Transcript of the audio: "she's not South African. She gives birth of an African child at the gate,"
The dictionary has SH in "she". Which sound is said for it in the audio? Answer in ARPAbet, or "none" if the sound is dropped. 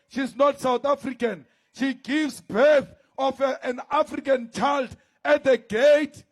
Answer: SH